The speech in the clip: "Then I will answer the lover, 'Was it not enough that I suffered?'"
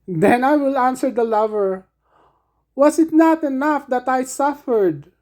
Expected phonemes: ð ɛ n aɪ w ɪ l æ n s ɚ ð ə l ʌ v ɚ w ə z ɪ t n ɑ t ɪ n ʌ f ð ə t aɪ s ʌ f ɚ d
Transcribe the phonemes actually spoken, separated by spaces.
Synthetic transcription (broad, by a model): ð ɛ n aɪ w ɪ l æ n s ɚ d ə l ʌ v ɚ w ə s ɪ t n ɑ t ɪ n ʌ f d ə t aɪ s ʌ f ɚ d